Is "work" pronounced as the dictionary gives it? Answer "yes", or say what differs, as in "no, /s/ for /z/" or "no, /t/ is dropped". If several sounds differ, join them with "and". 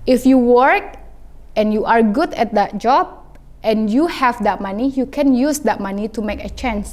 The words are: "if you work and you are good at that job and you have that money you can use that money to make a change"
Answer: yes